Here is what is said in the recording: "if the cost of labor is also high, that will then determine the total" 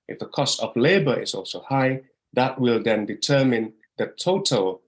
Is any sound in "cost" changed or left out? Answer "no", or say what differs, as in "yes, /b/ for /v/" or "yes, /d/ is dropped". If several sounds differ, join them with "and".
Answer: no